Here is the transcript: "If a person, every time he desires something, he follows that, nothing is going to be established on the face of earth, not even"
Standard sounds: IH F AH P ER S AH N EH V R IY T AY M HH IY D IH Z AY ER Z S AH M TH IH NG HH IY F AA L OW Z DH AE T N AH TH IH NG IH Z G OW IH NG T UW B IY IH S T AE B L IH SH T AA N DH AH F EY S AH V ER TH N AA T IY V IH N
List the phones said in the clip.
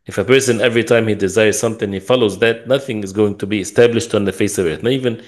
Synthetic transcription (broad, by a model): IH F AH P ER S AH N EH V R IY T AY M HH IY D IH Z AY ER Z S AH M TH IH NG HH IY F AA L OW Z DH AE T N AH TH IH NG IH Z G OW IH NG T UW B IY IH S T AE B L IH SH T N DH AH F EY S AH V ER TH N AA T IY V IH N